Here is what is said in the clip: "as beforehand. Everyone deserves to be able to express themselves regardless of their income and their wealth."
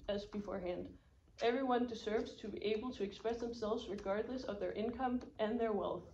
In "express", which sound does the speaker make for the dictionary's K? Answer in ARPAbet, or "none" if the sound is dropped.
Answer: K